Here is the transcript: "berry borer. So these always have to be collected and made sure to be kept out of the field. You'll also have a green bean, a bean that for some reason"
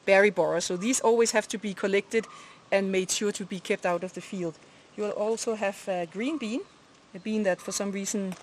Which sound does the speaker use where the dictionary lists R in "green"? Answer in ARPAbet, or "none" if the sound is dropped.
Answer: R